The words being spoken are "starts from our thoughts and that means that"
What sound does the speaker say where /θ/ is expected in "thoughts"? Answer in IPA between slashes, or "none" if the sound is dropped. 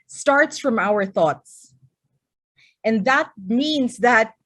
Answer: /θ/